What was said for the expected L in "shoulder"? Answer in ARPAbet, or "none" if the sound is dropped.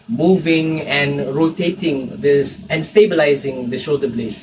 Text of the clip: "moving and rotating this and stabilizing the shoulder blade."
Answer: none